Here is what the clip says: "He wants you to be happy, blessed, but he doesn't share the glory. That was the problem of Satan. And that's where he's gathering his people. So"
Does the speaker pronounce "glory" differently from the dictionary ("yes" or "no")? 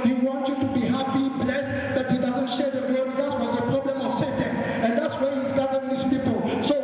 yes